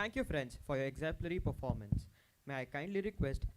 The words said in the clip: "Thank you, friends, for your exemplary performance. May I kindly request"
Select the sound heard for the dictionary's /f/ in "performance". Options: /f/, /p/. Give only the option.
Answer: /f/